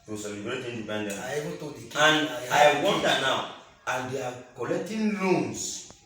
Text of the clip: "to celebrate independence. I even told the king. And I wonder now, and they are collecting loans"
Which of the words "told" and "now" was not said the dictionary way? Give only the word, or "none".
told